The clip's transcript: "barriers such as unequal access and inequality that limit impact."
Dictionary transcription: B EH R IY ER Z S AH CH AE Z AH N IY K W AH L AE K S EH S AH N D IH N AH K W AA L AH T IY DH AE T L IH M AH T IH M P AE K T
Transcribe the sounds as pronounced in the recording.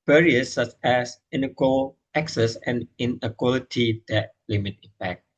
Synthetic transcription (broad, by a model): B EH R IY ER S AH CH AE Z AH N IY K W AH L AE K S EH S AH N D IH N AH K W AA L AH T IY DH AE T L IH M AH T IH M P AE K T